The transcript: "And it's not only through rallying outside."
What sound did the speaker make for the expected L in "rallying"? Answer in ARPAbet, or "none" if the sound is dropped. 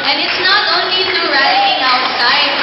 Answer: none